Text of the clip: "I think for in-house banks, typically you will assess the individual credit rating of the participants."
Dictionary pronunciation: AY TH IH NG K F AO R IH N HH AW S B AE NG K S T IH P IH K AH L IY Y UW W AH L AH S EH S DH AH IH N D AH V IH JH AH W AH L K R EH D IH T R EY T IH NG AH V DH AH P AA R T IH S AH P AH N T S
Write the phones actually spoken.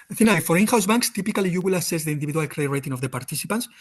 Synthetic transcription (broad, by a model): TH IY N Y F AO R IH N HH AW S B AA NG K S T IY P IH K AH L IY Y UW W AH L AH S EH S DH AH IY N D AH B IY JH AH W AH L K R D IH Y R EY T IH NG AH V DH AH P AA R T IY S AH P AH N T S